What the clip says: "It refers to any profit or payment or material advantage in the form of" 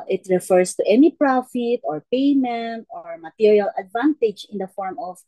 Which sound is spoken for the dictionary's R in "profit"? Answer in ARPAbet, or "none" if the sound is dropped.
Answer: R